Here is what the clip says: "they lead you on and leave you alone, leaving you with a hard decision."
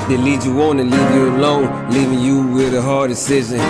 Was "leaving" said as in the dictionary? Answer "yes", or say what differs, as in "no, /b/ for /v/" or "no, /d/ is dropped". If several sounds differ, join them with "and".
yes